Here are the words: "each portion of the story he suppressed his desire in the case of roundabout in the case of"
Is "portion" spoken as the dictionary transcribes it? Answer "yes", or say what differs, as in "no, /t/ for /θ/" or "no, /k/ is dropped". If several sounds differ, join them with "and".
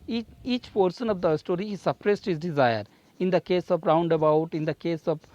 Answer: no, /s/ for /ʃ/